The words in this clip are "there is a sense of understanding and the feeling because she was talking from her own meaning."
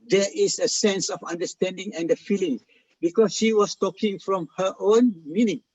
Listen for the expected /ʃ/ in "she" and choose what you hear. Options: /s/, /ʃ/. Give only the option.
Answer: /ʃ/